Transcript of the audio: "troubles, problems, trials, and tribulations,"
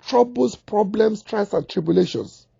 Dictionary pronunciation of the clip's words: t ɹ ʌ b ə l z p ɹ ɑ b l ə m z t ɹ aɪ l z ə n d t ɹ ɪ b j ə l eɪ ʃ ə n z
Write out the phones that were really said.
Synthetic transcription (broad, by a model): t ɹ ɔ b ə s p ɹ ɑ b l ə m s t ɹ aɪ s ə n t ɹ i b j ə l eɪ ʃ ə n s